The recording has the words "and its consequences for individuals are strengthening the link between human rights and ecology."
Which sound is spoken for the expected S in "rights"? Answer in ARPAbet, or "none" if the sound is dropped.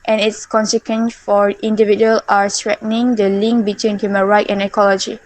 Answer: none